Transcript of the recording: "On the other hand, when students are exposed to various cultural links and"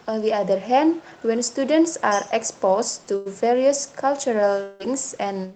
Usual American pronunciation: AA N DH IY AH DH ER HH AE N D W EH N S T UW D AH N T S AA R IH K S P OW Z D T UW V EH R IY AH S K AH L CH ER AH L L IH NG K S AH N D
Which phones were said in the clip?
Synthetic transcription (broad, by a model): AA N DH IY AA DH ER HH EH N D W EH N S T UW D AH N T S AA R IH K S P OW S T UW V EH R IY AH S K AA L CH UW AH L L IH NG S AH N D